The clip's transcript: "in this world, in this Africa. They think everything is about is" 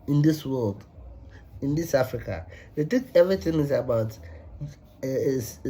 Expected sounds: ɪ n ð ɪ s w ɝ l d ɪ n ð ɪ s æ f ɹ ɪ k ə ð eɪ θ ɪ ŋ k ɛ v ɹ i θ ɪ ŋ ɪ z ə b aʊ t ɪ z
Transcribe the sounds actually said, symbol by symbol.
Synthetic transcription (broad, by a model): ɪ n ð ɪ s w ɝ l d ɪ n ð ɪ s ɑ f ɹ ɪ k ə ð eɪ t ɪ k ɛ v ɹ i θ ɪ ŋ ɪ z ə b aʊ t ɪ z